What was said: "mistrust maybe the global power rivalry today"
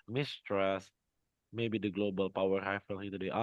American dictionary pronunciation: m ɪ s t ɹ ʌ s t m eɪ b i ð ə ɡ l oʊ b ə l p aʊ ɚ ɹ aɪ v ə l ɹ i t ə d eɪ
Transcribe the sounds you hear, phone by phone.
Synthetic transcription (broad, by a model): m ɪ s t ɹ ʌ s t m eɪ b i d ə ɡ l oʊ b ə l p aʊ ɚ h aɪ f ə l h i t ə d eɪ